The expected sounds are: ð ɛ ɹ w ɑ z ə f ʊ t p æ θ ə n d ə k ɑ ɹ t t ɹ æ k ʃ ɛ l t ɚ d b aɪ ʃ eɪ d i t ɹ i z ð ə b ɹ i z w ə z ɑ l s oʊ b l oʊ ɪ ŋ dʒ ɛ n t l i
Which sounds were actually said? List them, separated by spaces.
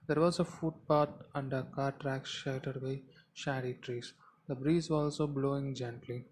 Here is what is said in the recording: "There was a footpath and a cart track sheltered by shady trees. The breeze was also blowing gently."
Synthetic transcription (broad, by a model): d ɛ ɹ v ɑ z ə f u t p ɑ t ə n d ə k ɑ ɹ t t ɹ æ k ʃ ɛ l t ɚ d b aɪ ʃ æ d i t ɹ i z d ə b ɹ i z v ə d ɑ l s oʊ b l oʊ ɪ ŋ dʒ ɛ n t l i